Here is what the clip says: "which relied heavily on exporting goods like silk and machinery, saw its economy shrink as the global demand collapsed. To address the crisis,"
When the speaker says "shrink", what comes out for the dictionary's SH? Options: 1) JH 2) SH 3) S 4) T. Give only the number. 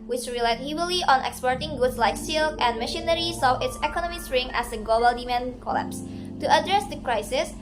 3